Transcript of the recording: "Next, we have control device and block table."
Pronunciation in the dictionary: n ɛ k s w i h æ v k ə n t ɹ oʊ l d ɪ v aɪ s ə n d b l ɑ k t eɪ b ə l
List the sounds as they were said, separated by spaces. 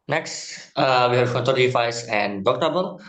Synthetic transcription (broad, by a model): n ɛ k s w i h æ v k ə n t oʊ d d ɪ f aɪ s ə n d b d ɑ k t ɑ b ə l